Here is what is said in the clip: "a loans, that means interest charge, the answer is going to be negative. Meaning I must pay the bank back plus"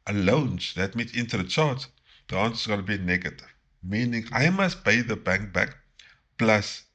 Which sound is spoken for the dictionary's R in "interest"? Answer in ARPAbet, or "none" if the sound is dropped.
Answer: none